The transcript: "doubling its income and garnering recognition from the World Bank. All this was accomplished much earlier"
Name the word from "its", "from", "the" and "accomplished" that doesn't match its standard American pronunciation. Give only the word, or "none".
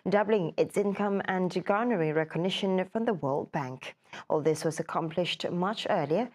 none